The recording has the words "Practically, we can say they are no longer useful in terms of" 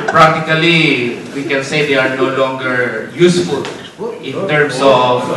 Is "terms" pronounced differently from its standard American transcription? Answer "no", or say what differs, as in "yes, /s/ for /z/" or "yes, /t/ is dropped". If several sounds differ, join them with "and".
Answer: yes, /s/ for /z/